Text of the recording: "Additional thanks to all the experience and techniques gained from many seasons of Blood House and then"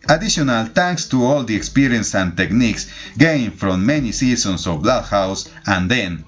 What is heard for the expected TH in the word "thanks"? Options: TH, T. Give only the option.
T